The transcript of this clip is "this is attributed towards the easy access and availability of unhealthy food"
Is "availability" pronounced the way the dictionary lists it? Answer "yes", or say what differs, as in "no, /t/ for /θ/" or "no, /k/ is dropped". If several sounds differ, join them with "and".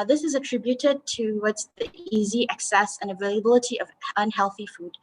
yes